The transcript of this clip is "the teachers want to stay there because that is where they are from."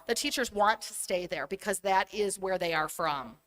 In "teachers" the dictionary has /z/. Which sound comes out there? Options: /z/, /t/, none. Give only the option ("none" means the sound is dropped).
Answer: /z/